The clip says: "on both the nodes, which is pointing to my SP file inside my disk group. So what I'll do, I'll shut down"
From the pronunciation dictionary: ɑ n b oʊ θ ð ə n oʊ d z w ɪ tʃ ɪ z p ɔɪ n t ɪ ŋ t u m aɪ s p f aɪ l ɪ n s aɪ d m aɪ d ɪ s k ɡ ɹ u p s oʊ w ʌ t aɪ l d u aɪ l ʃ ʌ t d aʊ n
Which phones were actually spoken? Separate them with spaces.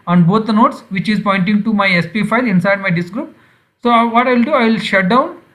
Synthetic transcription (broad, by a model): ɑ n b oʊ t n oʊ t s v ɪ tʃ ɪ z p ɔɪ n t ɪ ŋ t u m aɪ s p f aɪ l ɪ n s aɪ d m aɪ d ɪ s k ɡ ɹ u p s oʊ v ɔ t aɪ l d u aɪ l ʃ ʌ t d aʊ n